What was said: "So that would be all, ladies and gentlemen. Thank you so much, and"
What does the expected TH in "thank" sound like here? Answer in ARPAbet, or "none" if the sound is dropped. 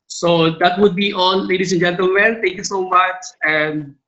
T